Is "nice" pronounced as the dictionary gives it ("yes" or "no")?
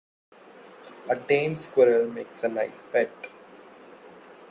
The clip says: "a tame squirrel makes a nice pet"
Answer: no